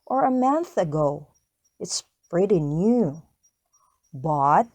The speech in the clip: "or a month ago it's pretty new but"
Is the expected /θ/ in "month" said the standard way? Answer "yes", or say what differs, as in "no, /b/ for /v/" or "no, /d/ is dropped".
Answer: yes